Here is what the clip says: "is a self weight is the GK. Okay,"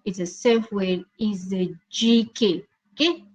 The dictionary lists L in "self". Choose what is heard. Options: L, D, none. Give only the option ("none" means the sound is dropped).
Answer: none